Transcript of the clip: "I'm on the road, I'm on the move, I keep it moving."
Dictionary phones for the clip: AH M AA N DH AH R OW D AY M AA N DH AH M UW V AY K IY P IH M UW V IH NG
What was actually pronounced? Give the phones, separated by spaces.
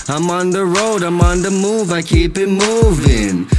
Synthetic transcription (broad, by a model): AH M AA N DH AH R OW D AY M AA N DH AH M UW V AY K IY B IH M UW V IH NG